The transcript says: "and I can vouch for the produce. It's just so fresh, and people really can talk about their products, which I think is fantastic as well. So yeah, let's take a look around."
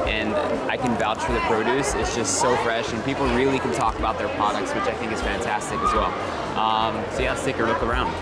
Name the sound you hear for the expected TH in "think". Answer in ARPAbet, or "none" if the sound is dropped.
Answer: TH